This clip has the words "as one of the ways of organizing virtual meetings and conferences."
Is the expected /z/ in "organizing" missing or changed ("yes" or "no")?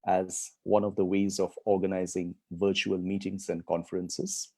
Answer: no